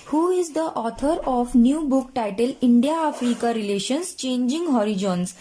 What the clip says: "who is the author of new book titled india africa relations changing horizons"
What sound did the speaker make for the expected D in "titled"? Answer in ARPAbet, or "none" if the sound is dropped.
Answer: none